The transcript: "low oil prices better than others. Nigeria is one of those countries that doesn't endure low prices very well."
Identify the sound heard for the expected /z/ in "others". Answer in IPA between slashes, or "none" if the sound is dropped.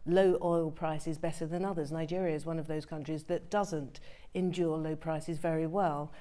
/z/